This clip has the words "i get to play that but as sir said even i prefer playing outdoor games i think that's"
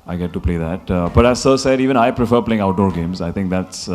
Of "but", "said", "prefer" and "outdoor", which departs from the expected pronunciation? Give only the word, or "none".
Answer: none